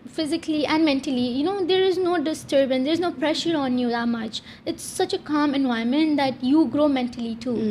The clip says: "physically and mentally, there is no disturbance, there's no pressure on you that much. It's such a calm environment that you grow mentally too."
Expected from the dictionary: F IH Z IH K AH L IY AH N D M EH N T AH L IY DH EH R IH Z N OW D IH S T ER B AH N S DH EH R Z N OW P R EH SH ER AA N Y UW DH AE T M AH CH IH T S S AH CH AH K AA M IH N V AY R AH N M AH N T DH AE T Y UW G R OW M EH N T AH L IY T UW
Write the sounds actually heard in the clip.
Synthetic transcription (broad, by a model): F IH Z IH K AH L IY AH N D M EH N T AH L IY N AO R IH Z N OW D IH S T ER B AH N S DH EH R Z N OW P R EH SH ER AA N Y UW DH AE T M AH CH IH T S S AH CH AH K AA M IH N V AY AH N M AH N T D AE T Y UW G R OW M EH N T AH L IY T UW